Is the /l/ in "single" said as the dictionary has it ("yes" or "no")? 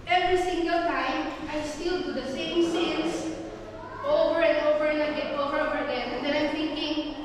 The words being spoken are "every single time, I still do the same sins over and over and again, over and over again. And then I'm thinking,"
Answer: yes